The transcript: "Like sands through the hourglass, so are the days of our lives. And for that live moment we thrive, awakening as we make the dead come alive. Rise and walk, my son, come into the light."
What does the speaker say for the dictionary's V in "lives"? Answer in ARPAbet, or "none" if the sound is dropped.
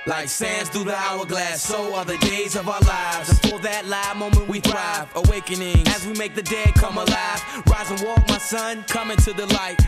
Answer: V